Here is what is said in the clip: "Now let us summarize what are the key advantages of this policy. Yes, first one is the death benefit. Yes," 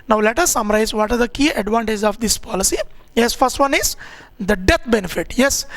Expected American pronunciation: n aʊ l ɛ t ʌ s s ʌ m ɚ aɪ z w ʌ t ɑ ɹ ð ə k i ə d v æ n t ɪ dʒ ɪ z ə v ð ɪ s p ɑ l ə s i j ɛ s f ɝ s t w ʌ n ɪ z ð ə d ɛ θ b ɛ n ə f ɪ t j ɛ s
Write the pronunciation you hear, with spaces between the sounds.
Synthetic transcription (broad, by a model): n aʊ l ɛ t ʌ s s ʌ m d aɪ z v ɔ t ɑ ɹ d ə k i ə d v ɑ n t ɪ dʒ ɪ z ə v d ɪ s p ɑ l ə s i j ɛ s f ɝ s t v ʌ n ɪ z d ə d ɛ t b ɛ n ə f ɪ t j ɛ s